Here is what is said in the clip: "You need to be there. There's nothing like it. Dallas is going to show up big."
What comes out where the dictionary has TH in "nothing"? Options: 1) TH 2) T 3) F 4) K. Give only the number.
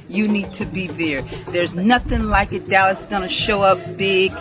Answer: 1